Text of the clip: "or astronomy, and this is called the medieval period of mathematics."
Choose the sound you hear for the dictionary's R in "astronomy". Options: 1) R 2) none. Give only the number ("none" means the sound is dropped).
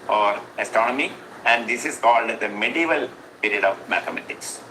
1